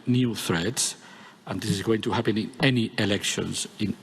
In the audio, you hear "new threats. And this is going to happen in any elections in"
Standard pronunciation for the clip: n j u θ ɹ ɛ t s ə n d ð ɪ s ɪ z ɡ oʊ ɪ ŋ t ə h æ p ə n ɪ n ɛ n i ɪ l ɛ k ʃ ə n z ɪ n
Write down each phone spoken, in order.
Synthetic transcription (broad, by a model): n j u θ ɹ ɛ t s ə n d ð ɪ s ɪ z ɡ oʊ ɪ ŋ t ə h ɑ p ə n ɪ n ɛ n i ɪ l ɛ k ʃ ə n z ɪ n